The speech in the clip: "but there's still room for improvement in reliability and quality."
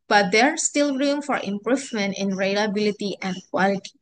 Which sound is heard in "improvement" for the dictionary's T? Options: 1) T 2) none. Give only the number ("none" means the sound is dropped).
1